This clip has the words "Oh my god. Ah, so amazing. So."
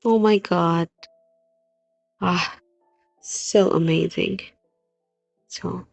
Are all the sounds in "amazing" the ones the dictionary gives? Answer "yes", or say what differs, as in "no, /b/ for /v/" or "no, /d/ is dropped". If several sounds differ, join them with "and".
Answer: yes